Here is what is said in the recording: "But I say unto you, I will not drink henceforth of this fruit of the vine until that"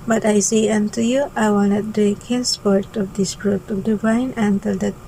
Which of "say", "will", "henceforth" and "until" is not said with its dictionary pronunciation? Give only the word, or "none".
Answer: henceforth